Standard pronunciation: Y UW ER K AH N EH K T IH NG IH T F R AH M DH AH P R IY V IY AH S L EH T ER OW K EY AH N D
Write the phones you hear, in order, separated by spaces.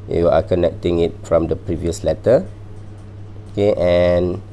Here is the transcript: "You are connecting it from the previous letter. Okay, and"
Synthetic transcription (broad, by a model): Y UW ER K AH N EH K T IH NG IH T F R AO M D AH P R IY V IY AH S L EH T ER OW K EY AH N